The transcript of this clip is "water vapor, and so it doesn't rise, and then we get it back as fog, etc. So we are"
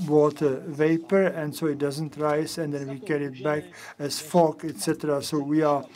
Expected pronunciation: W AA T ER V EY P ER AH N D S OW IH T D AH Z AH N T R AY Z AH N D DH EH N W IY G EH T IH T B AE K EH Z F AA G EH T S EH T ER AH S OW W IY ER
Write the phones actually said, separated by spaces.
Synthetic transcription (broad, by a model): W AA T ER V EY P ER AH N D S OW IH T D AH Z AH N T R AY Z AH N D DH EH N W IY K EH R IH T B AE K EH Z F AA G EH T S EH T ER AH S OW W IY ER